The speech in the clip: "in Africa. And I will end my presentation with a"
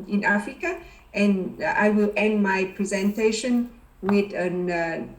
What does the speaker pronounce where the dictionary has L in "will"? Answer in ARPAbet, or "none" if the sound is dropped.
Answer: L